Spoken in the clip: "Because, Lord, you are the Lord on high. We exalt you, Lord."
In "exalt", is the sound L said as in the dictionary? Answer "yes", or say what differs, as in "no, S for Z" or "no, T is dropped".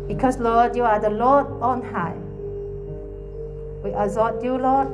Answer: no, L is dropped